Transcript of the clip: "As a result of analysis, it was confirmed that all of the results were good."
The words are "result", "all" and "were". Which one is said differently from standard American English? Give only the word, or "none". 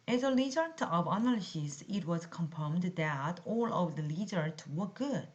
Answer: result